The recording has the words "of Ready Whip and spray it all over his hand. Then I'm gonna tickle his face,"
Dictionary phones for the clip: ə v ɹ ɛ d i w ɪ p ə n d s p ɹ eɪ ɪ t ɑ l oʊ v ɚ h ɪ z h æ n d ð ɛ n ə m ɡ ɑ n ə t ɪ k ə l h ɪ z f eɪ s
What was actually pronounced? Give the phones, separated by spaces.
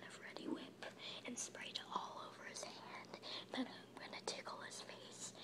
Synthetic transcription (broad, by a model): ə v ɹ ɛ d i w ɪ p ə n s p ɹ eɪ ɪ t ɑ l oʊ v ɚ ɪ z h æ n d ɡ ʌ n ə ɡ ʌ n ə t ɪ k l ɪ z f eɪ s